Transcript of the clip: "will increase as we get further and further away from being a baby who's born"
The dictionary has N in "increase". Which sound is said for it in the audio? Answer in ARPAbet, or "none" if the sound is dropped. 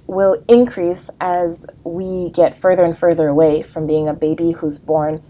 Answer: N